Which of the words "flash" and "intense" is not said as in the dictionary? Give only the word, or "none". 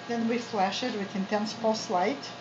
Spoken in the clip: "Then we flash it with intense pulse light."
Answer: none